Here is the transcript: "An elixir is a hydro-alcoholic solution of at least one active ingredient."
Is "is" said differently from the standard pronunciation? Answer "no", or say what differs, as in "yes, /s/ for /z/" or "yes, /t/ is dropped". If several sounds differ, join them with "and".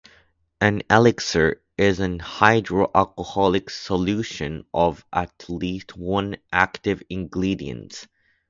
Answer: no